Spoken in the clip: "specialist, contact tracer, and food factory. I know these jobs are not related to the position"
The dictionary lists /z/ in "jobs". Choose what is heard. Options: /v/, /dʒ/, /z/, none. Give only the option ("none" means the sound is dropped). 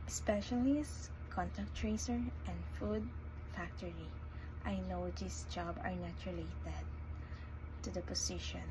none